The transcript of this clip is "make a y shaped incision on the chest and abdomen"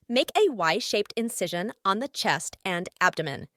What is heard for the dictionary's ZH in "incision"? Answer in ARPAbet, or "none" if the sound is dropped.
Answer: ZH